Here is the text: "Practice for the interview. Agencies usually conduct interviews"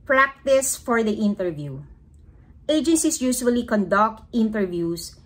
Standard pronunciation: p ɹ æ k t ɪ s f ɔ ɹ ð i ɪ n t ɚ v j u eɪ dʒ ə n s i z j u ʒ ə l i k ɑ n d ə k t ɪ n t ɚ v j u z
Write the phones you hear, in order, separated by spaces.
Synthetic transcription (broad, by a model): p ɹ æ k t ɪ s f ɔ ɹ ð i ɪ n t ɚ v j u eɪ dʒ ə n s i s j u s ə l i k ɑ n d ə k t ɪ n t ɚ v j u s